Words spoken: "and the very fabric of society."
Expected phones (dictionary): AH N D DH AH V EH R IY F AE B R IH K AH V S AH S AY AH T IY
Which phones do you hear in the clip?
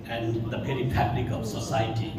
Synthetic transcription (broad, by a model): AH N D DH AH P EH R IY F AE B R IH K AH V S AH S AY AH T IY